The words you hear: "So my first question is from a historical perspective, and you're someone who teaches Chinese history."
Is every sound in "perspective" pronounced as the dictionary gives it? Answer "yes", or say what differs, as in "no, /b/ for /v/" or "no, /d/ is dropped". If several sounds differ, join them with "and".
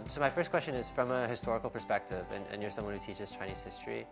yes